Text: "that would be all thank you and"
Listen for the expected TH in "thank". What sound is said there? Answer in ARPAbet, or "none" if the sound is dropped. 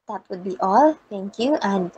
T